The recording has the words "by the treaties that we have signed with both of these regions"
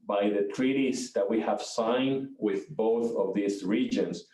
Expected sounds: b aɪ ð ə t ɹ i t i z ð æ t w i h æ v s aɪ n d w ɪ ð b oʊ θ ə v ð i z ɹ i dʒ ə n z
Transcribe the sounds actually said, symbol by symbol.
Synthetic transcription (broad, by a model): b aɪ ð ə t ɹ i t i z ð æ t w i h æ v s aɪ n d w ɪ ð b oʊ θ ə v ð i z ɹ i dʒ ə n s